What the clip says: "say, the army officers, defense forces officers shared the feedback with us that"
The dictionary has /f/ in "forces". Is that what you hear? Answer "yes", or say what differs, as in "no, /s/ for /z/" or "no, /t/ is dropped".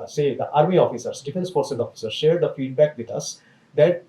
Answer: no, /p/ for /f/